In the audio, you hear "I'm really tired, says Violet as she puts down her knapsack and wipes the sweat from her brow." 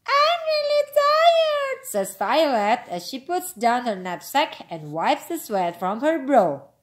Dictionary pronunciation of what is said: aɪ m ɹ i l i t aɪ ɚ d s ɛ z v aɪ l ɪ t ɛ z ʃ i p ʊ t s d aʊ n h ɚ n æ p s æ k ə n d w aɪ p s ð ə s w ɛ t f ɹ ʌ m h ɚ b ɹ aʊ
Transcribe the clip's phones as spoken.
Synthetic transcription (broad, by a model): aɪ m ɹ i l i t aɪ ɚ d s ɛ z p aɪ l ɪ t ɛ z ʃ i p ʊ t s d aʊ n h ɚ n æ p s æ k ə n d w aɪ p s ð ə s w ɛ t f ɹ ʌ m h ɚ b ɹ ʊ